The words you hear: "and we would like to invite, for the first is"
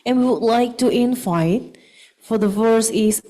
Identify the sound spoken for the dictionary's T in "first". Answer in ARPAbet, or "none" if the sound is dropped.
none